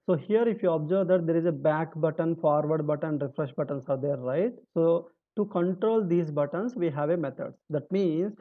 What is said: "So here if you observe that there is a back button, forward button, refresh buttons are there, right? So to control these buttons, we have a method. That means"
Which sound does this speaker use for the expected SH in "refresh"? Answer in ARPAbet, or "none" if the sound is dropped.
SH